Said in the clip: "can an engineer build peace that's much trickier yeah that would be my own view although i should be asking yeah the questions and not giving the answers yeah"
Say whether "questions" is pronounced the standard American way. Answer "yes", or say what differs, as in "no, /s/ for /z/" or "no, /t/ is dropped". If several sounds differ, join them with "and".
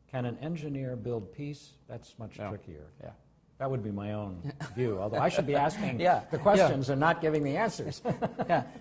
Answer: yes